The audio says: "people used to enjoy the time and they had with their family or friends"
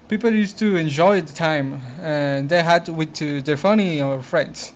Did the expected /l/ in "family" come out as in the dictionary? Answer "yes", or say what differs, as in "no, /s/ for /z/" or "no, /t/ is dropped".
no, /n/ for /l/